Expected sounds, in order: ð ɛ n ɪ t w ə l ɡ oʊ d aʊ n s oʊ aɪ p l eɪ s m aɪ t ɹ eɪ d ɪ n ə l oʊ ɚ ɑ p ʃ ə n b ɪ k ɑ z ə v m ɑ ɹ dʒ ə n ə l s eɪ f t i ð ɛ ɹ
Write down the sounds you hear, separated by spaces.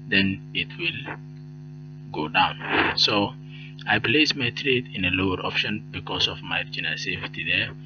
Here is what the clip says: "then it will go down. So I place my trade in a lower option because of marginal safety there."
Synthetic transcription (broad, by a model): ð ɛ n ɪ t w ə l ɡ oʊ d aʊ n s oʊ aɪ p l eɪ s m aɪ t ɹ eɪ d ɪ n ə l oʊ ɚ ɑ p ʃ ə n b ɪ k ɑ s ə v m ɑ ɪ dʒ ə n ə s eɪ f t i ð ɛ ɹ